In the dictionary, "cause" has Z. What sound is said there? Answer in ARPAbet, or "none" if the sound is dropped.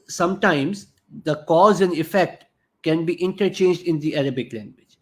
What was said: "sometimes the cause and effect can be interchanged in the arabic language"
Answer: Z